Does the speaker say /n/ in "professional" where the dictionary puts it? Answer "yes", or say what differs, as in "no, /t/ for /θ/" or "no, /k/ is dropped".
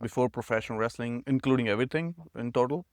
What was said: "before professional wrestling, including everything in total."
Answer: no, /n/ is dropped